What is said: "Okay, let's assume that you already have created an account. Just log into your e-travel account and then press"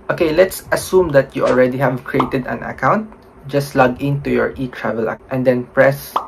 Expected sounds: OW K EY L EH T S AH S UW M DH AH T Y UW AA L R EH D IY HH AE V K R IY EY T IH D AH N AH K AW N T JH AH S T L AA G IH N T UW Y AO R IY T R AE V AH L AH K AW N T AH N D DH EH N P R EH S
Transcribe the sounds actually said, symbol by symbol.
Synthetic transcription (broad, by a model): OW K EY L EH T S AH S UW M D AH T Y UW AA L R EH D IY HH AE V K R IY EY T IH D AH N AH K AW N T JH AH S T L AA G IH N T UW Y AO R IY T R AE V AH L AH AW T AH N D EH N P R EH S